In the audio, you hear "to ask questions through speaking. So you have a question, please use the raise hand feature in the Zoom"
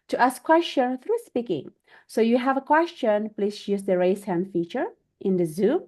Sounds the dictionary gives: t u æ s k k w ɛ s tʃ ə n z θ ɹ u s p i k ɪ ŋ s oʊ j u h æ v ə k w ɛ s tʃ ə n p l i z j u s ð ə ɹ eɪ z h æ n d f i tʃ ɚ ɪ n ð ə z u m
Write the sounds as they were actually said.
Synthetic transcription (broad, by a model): t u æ s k k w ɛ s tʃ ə n θ ɹ u s p i k ɪ ŋ s oʊ j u h æ v ə k w ɛ s tʃ ə n p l i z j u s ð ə ɹ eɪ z h æ n d f i tʃ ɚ ɪ n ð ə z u m